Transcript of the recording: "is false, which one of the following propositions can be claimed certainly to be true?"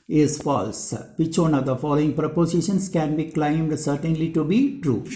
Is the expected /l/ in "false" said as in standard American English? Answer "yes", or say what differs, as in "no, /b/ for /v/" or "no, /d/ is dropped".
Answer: yes